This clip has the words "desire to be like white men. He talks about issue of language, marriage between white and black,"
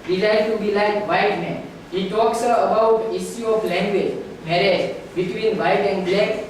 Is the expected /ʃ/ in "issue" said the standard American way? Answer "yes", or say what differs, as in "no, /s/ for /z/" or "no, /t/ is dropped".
no, /s/ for /ʃ/